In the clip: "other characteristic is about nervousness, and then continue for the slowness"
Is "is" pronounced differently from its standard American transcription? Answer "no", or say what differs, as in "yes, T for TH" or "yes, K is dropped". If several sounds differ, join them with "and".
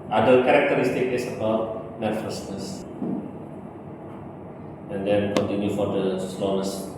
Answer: yes, S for Z